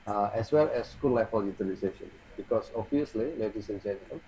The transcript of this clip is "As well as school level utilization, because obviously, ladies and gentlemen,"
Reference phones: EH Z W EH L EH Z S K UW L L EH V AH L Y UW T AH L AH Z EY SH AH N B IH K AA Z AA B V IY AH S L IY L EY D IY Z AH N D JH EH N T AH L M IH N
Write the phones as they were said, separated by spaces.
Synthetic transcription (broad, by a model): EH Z W EH L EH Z S K UW L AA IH F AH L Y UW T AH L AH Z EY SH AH N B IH K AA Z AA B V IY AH S L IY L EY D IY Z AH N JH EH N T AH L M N